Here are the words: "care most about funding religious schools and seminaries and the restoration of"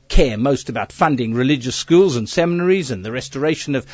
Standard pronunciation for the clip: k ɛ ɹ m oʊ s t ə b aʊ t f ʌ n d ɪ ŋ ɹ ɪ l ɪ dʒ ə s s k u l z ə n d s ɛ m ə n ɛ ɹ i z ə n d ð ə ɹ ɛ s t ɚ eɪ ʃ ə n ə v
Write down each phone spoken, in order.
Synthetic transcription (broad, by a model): k ɛ ɹ m oʊ s t ə b aʊ t f ʌ n d ɪ ŋ ɹ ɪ l ɪ dʒ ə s s k u l z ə n s ɛ m ə n ɛ ɹ i z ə n ð ə ɹ ɛ s t ɚ eɪ ʃ ə n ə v